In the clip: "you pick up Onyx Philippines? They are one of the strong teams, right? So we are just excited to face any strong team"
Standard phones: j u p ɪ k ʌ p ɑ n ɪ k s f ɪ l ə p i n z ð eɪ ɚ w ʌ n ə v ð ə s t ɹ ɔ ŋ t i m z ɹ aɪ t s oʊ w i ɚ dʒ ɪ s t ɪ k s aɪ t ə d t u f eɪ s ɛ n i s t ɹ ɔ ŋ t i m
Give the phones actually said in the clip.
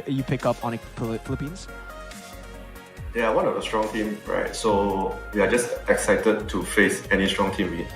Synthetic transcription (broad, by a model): j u p ɪ k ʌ p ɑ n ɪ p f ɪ l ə p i n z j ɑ w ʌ n ə v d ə s t ɹ ɔ ŋ t i m ɹ aɪ t s oʊ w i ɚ dʒ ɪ s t ɪ k s aɪ t ə d t u f eɪ s ɛ n i s t ɹ ɔ ŋ t i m